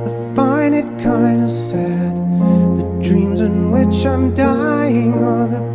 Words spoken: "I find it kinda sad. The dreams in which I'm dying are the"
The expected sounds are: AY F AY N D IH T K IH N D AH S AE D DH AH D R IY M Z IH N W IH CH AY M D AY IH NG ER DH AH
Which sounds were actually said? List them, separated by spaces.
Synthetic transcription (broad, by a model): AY F AY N IH T K IH N D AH S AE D DH AH D R IY M Z IH N W IH CH AY M D AY IH NG ER DH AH